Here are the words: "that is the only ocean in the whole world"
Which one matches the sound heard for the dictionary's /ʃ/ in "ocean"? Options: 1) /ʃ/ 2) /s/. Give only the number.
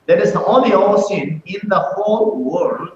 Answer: 2